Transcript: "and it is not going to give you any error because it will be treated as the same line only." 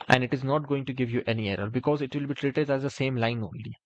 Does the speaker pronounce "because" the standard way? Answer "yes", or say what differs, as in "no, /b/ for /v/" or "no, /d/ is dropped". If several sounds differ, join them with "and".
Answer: yes